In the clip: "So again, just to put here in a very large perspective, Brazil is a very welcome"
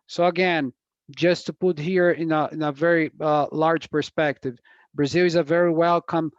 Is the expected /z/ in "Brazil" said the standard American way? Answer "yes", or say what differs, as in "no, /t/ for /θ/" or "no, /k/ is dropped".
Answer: yes